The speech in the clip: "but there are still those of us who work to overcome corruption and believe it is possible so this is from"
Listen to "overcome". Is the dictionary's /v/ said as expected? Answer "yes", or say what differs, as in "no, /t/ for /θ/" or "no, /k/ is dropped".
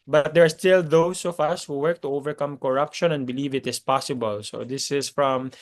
yes